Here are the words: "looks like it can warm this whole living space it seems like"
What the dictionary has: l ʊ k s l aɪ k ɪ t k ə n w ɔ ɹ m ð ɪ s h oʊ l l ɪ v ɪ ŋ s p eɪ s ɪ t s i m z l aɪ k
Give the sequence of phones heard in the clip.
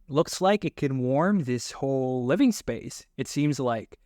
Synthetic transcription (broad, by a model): l ʊ k s l aɪ k ɪ t k ə n w ɔ ɹ m ð ɪ s h oʊ l l ɪ v ɪ ŋ s p eɪ s ɪ t s i m z l aɪ k